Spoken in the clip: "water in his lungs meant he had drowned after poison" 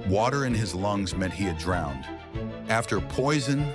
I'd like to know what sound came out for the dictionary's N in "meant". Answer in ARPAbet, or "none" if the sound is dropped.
none